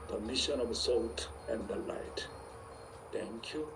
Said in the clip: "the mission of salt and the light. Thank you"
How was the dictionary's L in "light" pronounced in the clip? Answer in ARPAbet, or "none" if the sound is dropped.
L